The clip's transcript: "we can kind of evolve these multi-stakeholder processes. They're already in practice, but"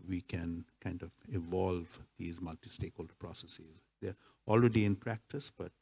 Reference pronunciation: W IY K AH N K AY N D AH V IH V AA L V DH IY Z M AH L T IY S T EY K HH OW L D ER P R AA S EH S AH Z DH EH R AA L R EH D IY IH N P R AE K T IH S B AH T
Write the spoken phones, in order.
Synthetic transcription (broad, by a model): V IY K AH N K AY N D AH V IH V AA L V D IY Z M AH L T IY S T EY K HH OW L D ER P R AA S EH S AH Z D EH R AA L R EH D IY IH N P R AE K T IH S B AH T